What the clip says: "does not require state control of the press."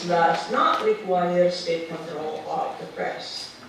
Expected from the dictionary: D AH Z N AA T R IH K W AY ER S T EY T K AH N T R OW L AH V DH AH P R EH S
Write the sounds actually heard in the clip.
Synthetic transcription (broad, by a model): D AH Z N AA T L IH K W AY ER S T EY T K AH N T R OW L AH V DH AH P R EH S